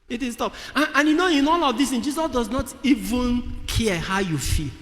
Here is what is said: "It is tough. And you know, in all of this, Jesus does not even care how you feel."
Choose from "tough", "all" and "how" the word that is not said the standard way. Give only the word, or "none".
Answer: tough